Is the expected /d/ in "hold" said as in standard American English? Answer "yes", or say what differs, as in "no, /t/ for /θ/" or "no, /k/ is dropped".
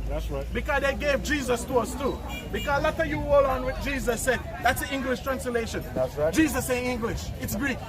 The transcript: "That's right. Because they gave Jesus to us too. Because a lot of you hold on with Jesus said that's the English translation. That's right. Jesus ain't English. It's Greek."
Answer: no, /d/ is dropped